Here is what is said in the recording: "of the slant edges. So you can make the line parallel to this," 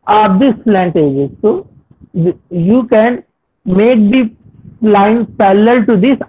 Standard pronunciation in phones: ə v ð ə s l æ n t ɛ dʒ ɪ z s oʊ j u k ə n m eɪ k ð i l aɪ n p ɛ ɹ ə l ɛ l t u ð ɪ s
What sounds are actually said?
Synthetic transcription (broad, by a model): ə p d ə s l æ n t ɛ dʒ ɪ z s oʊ j u k ə n m eɪ k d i l aɪ n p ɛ l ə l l t u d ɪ s